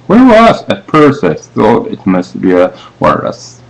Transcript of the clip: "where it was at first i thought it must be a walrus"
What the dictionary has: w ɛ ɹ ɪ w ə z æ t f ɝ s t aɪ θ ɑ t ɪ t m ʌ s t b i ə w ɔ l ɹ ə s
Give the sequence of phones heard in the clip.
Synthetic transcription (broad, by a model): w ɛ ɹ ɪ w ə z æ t p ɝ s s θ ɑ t ɪ t m ʌ s t b i ə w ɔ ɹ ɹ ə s